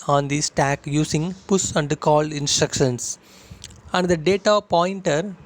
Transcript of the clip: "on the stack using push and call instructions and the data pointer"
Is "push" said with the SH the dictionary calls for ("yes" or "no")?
no